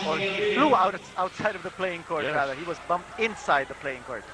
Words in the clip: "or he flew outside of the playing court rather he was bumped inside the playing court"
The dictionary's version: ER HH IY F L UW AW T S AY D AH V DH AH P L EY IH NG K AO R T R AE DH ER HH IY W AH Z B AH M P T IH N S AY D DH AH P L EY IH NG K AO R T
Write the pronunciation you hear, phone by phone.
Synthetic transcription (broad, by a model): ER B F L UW AW T S AY D AH V DH AH P L EY IH NG K AO R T R AE DH ER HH IY W AH Z B AH M P T IH N S AY D DH AH P L EY IH NG K AO R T